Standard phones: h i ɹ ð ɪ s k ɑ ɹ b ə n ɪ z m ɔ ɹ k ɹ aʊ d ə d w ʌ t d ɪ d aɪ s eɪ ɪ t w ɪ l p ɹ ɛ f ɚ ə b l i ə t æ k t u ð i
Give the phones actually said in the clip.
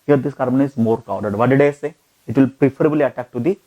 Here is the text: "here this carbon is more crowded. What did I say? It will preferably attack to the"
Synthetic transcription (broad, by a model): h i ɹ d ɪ s k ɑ ɹ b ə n ɪ z m ɔ ɹ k aʊ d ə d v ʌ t d ɪ d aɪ s eɪ ɪ t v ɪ l p ɹ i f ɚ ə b l i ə t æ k t u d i